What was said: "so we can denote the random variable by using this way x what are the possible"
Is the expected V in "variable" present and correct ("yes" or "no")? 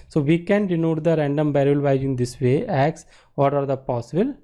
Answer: no